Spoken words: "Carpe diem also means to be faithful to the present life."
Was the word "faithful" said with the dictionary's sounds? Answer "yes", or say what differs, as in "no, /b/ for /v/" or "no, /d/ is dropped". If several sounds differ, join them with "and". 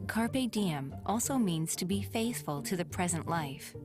yes